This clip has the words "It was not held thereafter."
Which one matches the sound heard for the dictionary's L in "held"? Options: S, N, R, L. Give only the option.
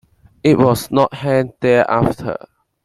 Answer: N